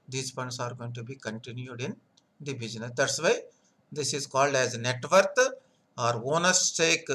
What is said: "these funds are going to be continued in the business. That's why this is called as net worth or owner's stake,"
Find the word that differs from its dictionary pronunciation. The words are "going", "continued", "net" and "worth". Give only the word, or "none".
worth